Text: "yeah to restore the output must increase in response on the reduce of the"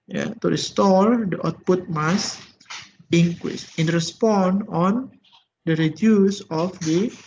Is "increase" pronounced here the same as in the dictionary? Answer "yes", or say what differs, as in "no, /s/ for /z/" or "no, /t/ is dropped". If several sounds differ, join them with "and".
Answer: no, /w/ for /ɹ/